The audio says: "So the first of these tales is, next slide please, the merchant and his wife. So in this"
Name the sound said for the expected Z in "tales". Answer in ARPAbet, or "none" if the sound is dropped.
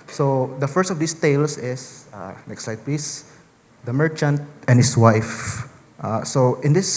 S